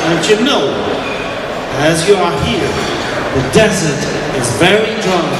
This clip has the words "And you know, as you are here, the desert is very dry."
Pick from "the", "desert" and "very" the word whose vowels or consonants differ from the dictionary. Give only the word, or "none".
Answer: none